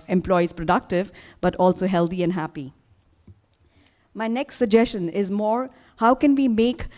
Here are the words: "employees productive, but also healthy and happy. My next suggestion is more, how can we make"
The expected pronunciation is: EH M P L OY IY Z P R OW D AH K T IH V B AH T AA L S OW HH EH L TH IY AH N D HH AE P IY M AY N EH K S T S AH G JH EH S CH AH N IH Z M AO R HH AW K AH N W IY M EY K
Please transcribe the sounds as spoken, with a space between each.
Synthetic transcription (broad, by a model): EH M P L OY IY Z P R OW D AH K T IH V B AH T AA L S OW HH EH L T IY AH N D HH AE P IY M AY N EH K S T S AH G JH EH S CH AH N IH Z M AO R HH AW K AH N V IY M EY K